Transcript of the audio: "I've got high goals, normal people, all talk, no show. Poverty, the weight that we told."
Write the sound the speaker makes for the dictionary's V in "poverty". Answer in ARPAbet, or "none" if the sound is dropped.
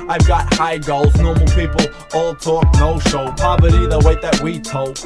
B